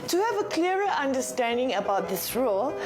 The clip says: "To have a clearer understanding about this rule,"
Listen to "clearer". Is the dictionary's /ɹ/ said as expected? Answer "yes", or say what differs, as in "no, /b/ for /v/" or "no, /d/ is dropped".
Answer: no, /ɹ/ is dropped